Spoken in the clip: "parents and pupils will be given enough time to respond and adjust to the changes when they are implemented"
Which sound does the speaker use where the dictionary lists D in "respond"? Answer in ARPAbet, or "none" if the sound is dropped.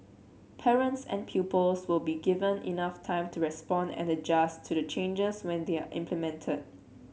D